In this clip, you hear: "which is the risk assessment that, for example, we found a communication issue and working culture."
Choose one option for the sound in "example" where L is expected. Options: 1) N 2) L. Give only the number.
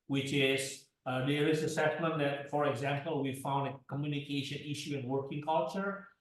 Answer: 2